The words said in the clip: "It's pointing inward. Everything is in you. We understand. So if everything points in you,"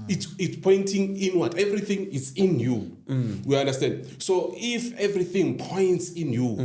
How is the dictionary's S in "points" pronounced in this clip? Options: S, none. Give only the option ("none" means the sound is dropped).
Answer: S